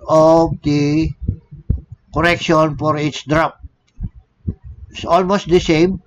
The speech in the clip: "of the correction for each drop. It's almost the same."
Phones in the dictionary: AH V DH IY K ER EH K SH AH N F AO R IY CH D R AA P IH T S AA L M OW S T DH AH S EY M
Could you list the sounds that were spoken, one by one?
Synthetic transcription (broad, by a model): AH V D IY K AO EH K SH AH N F AO R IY S D R AA P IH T S AA L M OW S T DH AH S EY M